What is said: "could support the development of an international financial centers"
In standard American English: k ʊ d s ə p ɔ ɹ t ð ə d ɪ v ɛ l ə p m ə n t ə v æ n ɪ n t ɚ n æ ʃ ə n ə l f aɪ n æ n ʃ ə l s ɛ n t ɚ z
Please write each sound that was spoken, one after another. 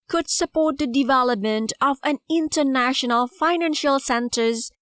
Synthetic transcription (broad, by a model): k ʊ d s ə p ɔ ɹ t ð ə d ɪ v ɛ l ə p m ə n t ə v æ n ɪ n t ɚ n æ ʃ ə n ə l f aɪ n æ n ʃ ə l s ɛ n t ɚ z